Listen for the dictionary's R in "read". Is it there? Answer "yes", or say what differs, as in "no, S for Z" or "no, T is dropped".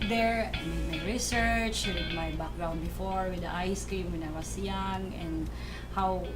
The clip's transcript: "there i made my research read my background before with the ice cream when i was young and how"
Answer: no, W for R